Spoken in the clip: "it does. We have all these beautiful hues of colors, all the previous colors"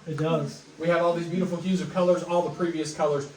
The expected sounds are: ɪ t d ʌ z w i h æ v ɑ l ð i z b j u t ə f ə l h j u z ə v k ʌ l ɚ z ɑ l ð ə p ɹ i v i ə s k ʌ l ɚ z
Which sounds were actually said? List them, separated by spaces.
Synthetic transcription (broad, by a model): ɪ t d ʌ z w i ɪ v ɑ l ð i z b j u t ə f l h j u z ə v k ʌ l ɚ z ɑ l ð ə p ɹ i v i ə s k ʌ l ɚ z